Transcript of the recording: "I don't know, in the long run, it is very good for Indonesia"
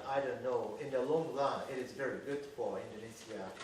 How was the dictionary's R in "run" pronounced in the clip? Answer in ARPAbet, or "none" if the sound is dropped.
L